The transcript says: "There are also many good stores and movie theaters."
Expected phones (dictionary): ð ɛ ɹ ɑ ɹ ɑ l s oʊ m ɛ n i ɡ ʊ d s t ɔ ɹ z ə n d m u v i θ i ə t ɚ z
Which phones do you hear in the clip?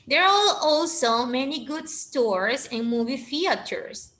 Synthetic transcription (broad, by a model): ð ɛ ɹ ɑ l ɑ l s oʊ m ɛ n i ɡ ʊ d s t ɔ ɹ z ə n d m u v i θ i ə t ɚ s